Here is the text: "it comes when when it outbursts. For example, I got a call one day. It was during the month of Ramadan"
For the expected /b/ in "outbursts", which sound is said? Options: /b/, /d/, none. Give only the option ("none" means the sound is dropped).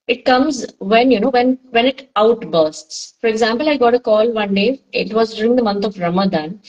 /b/